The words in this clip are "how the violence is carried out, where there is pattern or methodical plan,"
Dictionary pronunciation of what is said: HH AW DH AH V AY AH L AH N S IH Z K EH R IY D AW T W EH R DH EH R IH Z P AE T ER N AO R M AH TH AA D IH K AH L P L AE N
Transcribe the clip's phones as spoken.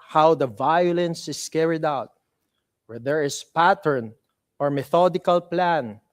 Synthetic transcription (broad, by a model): HH AW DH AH V AY AH L AH N S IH S K EH R IY D AW T W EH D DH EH R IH S P AE T ER N AO R M AH TH AA D IH K AH L P L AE N